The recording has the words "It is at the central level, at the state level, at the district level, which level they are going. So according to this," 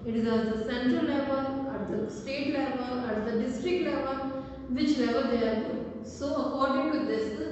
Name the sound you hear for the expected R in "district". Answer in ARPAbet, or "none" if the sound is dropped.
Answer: R